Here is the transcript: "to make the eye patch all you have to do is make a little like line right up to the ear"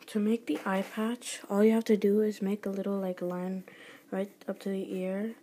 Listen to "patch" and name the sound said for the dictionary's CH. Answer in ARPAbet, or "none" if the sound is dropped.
CH